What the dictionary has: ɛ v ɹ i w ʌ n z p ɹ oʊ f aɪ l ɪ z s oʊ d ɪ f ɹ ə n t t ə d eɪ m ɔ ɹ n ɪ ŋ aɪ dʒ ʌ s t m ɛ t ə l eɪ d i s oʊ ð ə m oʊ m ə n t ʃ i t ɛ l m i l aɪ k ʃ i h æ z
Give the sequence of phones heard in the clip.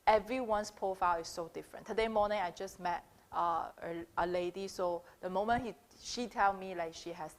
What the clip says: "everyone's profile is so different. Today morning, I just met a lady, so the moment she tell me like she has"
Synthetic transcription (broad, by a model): ɛ v ɹ i w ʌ n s p oʊ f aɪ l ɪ s oʊ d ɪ f ɹ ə n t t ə d eɪ m ɔ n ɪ ŋ aɪ dʒ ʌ s m ɛ t ə l eɪ d i s oʊ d ə m oʊ m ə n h ʃ i t ɛ l m i l aɪ k ʃ i h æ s